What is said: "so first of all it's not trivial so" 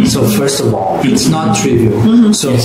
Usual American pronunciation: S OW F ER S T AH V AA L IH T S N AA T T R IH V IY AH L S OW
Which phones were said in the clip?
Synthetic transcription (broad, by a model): S OW F ER S T AH V AA L IH T S N AA T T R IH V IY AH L S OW